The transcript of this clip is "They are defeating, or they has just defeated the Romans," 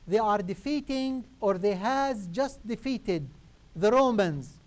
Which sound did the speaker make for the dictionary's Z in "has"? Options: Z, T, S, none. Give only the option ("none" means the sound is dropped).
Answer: Z